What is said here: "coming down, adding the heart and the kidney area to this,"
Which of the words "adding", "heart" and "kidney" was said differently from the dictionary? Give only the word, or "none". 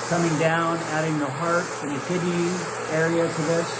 kidney